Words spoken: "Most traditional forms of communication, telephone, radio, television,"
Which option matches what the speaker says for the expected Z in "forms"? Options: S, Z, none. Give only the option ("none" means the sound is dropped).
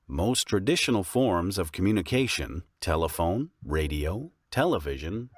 Z